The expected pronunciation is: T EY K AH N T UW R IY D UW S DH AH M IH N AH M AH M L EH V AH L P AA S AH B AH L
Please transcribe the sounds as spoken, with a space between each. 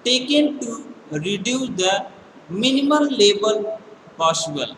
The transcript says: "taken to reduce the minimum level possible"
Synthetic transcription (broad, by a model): T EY K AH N T UW R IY D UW S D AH M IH N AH M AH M L EH B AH L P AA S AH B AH L